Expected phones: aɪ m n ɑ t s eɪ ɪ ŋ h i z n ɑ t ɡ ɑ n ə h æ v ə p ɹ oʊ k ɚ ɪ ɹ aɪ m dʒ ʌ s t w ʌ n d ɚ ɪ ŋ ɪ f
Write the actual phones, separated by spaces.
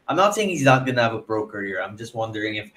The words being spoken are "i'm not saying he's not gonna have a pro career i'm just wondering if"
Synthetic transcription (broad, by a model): aɪ m n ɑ t s eɪ ɪ ŋ h i z n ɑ t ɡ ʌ n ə v ə b ɹ oʊ k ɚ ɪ ɹ aɪ m dʒ ʌ s t w ʌ n d ɚ ɪ ŋ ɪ f